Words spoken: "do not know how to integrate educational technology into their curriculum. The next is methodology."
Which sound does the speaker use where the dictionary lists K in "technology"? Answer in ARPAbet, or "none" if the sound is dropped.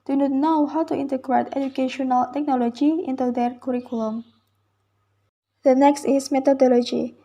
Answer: K